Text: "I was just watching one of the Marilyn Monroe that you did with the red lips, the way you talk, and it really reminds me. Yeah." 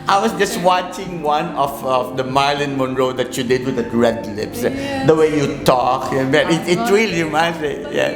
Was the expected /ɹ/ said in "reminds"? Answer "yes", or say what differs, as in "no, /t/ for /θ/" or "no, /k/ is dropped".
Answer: no, /l/ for /ɹ/